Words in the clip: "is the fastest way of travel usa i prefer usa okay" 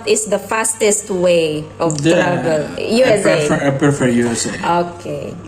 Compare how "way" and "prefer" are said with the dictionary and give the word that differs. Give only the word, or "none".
prefer